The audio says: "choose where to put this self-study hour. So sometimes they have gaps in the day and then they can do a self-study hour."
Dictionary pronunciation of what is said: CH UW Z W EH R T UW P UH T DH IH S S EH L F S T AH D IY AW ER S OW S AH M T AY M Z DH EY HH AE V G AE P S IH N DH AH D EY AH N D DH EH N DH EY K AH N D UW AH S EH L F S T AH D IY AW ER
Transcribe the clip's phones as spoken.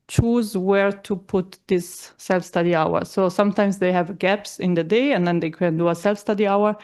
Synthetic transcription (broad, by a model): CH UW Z W EH R T UW P UH T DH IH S S EH L F S T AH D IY AW ER S OW S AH M T AY M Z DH EY HH AE V G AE P S IH N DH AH D EY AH N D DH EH N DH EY K AH N D UW AH S EH L F S T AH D IY AW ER